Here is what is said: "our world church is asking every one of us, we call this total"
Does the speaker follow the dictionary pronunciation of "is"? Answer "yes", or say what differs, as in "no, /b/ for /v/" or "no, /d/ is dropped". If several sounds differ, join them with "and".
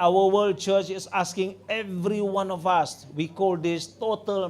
no, /s/ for /z/